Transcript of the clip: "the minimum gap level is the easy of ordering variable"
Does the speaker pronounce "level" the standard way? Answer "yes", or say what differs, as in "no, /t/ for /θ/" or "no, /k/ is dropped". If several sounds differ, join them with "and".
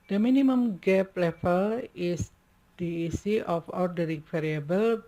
no, /f/ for /v/